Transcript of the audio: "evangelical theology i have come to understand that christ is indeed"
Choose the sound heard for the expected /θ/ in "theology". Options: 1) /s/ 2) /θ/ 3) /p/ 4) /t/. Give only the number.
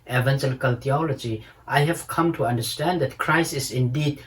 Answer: 4